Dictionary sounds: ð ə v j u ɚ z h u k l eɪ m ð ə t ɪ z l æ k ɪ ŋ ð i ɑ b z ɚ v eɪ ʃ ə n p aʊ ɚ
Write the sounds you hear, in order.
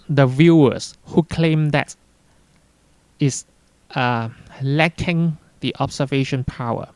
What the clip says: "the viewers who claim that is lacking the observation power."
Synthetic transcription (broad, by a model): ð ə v j u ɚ s h u k l eɪ m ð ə t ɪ s l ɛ k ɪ ŋ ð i ɑ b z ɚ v eɪ ʃ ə n p aʊ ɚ